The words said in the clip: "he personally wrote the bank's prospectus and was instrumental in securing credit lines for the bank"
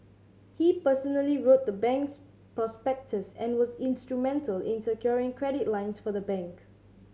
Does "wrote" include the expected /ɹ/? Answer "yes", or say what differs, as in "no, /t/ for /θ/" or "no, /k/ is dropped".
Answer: yes